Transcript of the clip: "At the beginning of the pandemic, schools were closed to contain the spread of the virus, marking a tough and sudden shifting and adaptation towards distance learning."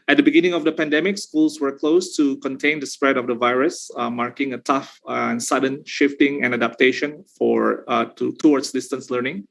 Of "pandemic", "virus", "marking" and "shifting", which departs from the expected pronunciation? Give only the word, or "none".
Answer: none